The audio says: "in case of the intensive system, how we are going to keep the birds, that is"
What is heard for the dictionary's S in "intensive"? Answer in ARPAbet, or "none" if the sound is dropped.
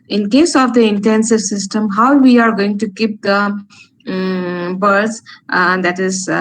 S